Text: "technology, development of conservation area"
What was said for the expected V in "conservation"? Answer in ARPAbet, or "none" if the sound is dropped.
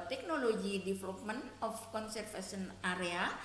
F